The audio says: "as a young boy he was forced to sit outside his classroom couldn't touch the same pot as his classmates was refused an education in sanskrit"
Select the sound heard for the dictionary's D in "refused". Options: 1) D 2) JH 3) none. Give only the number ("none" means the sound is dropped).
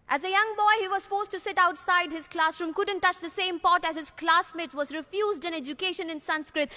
1